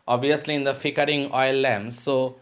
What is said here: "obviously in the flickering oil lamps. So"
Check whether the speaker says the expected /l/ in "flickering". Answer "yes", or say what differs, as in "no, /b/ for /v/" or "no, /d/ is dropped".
no, /l/ is dropped